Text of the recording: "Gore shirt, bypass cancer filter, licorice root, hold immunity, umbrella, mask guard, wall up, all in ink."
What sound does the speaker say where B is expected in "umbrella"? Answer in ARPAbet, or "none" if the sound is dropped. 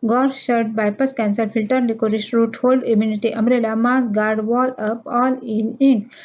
none